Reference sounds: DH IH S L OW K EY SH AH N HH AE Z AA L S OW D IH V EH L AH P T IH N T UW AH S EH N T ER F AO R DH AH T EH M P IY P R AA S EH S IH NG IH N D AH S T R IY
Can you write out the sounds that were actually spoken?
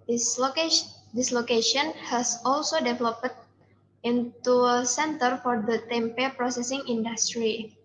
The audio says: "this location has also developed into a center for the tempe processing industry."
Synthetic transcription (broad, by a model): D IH S L OW K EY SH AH N HH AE S AA L S OW D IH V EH L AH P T IH N T UW AH S EH N T ER F AO R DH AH T EH M P IY P R AA S EH S IH NG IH N D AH S T R IY